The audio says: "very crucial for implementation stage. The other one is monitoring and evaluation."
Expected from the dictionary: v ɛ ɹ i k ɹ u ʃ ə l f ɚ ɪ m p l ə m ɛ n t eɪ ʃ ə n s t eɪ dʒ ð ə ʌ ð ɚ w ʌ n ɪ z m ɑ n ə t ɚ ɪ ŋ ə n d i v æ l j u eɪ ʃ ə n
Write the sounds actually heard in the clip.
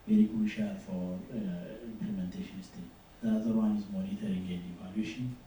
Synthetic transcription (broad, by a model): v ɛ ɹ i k u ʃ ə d f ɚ ɪ m p l ə m ɛ n t eɪ ʃ ə n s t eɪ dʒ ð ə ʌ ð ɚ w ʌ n ɪ z m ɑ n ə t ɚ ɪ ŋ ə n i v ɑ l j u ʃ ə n